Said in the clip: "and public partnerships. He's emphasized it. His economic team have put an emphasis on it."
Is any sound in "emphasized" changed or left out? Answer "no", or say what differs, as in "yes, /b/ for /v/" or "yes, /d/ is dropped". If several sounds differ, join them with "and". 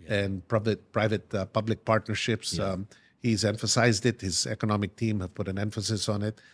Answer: no